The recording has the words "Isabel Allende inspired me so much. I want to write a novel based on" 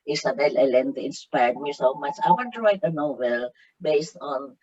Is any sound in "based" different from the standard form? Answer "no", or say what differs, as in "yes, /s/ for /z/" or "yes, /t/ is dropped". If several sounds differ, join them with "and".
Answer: no